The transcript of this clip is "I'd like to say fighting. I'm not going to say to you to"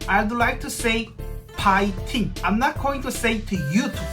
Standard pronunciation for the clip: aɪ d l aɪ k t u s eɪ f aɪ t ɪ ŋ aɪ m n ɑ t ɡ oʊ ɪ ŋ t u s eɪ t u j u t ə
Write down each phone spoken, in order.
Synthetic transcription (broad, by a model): aɪ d l aɪ k t u s eɪ p aɪ t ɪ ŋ aɪ m n ɑ t ɡ oʊ ɪ ŋ t u s eɪ t u j u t